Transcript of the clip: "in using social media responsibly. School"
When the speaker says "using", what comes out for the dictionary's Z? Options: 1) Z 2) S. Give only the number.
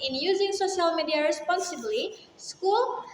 1